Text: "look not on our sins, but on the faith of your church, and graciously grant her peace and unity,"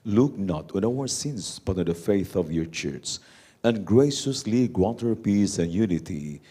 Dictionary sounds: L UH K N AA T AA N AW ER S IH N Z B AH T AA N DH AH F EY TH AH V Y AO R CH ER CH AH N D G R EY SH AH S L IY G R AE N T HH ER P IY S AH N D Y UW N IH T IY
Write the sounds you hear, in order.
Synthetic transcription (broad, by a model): L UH K N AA T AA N AW ER S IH N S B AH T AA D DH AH F EY TH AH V Y AO R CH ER S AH N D G R EY SH AH S L IY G W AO T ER P IY S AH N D Y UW N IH T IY